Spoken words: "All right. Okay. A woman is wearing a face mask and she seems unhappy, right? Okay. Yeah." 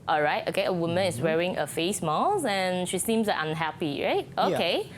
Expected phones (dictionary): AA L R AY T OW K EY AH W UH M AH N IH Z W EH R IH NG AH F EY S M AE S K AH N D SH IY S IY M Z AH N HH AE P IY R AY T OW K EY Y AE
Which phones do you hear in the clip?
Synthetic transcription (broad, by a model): AA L R AY T OW K EY AH W UH M AH N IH S W EH R IH NG AH F EY S M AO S AH N SH IY S IY M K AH N HH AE P IY R AY T OW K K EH